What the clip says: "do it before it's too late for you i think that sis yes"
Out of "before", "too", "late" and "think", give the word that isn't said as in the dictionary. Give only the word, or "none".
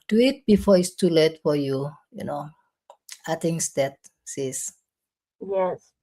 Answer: think